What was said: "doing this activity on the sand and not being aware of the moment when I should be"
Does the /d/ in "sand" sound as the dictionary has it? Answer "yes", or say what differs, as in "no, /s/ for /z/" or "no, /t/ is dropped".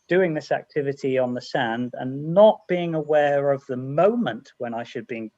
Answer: yes